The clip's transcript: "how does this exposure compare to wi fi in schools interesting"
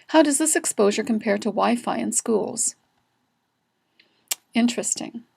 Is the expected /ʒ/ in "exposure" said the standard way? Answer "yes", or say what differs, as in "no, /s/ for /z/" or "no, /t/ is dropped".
yes